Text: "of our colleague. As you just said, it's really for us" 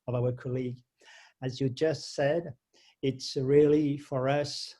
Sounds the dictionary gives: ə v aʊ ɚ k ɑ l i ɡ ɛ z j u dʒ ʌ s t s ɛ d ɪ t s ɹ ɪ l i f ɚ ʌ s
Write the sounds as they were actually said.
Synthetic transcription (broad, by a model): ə v aʊ ɚ k ɑ l i ɡ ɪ z j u dʒ ʌ s t s ɛ d ɪ t s ɹ ɪ l i f ɚ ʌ s